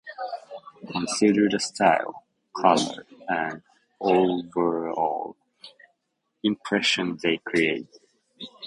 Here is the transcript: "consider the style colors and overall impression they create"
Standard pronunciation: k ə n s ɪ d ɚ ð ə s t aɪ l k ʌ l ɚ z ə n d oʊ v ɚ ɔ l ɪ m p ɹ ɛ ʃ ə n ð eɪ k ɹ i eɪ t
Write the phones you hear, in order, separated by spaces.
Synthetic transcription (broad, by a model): k ə n s ɪ d ɚ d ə s t aɪ l k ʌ l ɚ ə n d oʊ v ɚ ɔ l ɪ m p ɹ ɛ ʃ ə n ð eɪ k ɹ i eɪ t